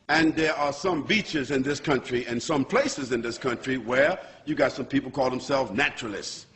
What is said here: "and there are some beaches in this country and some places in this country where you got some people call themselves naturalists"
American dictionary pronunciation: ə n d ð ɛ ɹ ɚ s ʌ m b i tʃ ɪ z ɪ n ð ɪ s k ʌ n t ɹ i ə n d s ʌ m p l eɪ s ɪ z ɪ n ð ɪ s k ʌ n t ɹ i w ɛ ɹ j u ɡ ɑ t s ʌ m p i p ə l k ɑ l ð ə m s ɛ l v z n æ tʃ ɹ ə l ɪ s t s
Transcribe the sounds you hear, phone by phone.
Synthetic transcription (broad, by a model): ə n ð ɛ ɹ ɚ s ʌ m b i tʃ ɪ z ɪ n ð ɪ s k ʌ n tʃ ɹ i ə n s ʌ m p l eɪ s ɪ z ɪ n ð ɪ s k ʌ n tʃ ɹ i w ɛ ɹ j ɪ ɡ ɑ t s ʌ m p i p l k ɑ l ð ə m s ɛ l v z n æ tʃ ɹ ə l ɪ s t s